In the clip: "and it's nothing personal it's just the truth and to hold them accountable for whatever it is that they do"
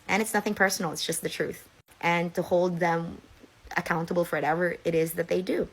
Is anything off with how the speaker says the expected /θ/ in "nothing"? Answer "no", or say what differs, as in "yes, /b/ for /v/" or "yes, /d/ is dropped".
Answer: no